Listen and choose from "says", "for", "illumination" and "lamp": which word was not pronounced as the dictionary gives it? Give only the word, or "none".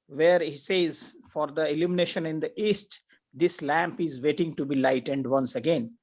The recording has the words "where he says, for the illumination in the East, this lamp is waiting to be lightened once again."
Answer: none